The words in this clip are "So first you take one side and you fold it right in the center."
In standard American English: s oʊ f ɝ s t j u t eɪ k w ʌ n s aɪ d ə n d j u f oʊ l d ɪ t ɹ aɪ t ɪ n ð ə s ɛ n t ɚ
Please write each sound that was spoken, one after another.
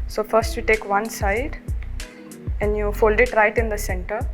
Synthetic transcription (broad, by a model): s oʊ f ɝ s t j u t eɪ k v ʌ n s aɪ d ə n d j u f oʊ l d ɪ t ɹ aɪ t ɪ n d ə s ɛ n t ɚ